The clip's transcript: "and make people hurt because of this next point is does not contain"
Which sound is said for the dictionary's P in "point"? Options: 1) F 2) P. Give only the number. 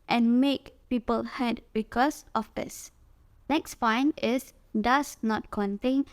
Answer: 1